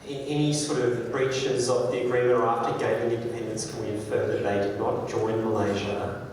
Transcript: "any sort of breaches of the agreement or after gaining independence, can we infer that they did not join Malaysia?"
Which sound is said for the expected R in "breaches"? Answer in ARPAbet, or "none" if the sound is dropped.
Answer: R